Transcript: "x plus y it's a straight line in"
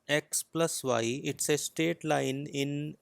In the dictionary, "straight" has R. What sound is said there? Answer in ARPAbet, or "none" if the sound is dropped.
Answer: none